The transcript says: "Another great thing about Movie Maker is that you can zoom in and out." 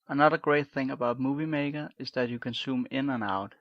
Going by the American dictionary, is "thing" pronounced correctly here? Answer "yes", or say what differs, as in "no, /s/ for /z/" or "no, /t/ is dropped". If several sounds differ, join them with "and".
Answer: yes